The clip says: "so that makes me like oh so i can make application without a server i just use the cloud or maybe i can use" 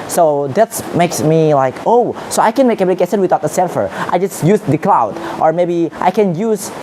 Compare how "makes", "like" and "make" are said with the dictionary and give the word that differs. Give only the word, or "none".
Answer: none